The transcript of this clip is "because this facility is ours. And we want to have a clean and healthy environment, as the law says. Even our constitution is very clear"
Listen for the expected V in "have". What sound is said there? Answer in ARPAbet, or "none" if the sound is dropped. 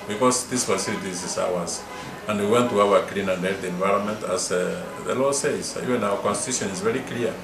W